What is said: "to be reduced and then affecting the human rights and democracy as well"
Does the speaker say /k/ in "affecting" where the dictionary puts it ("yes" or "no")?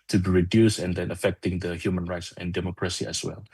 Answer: yes